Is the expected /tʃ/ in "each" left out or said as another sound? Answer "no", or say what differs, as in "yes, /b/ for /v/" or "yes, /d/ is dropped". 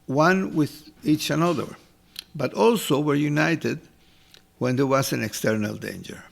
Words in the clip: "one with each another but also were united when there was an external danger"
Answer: no